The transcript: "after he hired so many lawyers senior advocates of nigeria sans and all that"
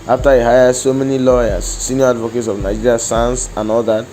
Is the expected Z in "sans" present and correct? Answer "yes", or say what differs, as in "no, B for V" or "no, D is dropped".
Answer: no, S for Z